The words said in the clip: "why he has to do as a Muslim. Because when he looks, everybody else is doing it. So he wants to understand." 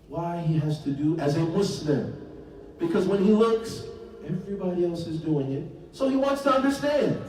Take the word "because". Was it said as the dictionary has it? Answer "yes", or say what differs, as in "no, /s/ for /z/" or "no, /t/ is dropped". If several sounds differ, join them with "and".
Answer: yes